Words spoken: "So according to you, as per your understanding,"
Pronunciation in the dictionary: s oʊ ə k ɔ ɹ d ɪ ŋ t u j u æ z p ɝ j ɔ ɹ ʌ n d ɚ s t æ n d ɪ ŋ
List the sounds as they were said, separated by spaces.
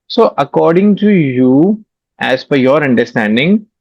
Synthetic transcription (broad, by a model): s oʊ ə k ɔ ɹ d ɪ ŋ t u j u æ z f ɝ j ɔ ɹ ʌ n d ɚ s t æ n d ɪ ŋ